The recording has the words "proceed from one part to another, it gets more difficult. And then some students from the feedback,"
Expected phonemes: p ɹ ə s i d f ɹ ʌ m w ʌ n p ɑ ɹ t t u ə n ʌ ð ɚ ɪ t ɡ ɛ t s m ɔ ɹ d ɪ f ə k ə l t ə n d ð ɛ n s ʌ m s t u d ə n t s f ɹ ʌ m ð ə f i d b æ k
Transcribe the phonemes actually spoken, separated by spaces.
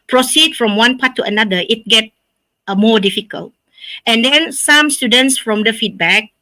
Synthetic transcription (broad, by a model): p ɹ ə s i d f ɹ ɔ m w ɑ n p ɑ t t u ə n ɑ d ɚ ɪ t ɡ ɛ t m ɔ d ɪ f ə k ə l t ə n d ɛ n s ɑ m s t u d ə n t s f ɹ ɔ m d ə f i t b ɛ k